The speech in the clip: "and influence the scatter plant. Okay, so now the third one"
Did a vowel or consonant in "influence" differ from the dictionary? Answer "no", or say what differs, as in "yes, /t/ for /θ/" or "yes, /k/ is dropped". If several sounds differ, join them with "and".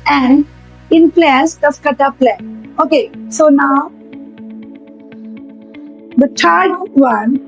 yes, /p/ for /f/